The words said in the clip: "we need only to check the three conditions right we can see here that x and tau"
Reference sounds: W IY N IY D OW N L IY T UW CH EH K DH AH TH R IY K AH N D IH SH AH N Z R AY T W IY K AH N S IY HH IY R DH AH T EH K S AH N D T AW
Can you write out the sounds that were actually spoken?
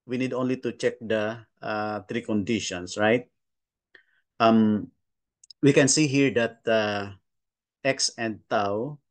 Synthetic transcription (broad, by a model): W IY N IY D OW N L IY T UW CH EH K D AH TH R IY K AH N D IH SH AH N S R AY T W IY K AH N S IY HH IY R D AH T EH K S AH N D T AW